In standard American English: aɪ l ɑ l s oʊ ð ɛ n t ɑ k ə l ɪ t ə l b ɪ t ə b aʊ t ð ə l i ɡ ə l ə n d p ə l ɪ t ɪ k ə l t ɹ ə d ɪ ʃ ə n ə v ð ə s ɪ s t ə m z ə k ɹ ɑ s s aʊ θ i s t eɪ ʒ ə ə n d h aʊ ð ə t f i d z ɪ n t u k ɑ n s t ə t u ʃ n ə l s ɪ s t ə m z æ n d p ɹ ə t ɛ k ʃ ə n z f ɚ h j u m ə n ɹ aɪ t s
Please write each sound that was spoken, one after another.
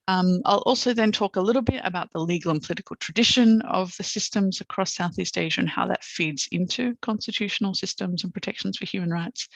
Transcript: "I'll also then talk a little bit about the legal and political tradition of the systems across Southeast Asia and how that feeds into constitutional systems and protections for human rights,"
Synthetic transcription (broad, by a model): aɪ l ɑ l s oʊ ð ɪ n t ɑ k ə l ɪ t l b ɪ t ə b aʊ t ð ə l i ɡ l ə n p ə l ɪ t ɪ k ə l t ɹ ə d ɪ ʃ ə n ə v ð ə s ɪ s t ə m z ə k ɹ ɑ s s aʊ θ i s t eɪ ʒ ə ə n h aʊ ð ə t f i d z ɪ n t u k ɑ n s t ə t u ʃ n l s ɪ s t ə m z n p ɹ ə t ɛ k ʃ n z f ɚ h j u m ə n ɹ aɪ t s